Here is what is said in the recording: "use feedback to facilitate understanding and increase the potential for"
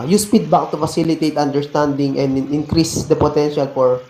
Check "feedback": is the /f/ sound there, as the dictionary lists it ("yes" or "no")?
no